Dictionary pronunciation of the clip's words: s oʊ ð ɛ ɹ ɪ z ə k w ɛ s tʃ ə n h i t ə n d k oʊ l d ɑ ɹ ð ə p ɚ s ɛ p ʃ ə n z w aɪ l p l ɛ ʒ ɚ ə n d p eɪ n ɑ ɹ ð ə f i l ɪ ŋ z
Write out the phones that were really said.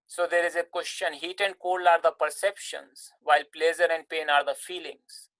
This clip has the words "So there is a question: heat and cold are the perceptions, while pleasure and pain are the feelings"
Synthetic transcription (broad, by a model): s oʊ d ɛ ɹ ɪ z ə k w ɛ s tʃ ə n h i t ə n d k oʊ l ɑ ɹ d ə p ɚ s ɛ p ʃ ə n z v aɪ l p l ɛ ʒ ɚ ə n d p eɪ n ɑ ɹ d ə f i l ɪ ŋ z